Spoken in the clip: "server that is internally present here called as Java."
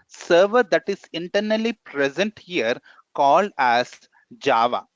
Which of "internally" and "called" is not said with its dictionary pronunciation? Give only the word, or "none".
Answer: none